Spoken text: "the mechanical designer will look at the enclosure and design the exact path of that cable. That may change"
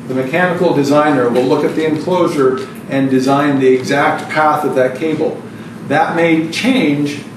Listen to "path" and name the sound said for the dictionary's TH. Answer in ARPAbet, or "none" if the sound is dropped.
TH